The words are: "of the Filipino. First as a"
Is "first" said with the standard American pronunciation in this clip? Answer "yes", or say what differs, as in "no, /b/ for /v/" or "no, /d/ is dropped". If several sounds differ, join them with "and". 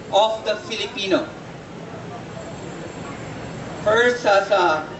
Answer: no, /t/ is dropped